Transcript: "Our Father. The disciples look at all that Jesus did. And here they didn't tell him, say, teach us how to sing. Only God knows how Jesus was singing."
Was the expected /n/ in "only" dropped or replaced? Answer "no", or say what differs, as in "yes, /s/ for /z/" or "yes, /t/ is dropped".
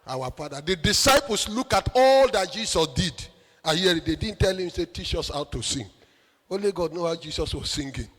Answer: yes, /n/ is dropped